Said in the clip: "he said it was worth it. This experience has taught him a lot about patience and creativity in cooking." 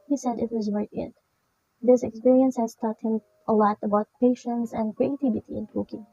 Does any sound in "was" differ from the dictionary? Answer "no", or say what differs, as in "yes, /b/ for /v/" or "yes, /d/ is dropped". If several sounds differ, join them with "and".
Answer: no